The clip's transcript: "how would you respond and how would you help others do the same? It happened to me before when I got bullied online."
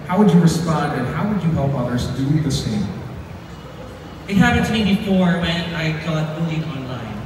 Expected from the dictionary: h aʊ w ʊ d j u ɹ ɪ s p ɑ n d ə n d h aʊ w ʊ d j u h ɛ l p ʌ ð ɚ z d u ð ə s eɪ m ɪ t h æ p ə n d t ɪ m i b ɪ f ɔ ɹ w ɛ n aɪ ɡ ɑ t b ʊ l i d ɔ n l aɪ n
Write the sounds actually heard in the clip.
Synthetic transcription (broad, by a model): h aʊ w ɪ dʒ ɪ ɹ ɪ s p ɑ n d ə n h aʊ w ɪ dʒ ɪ h ɛ l p ʌ ð ɚ z d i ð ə s eɪ m ɪ t h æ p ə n t ɪ m i b ɪ f ɔ ɹ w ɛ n aɪ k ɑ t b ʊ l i ɔ n l aɪ n